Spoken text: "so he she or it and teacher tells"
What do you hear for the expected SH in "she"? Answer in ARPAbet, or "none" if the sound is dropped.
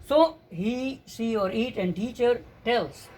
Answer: S